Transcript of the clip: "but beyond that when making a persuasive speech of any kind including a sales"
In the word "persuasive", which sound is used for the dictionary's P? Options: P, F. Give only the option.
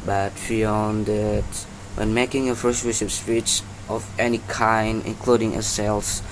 F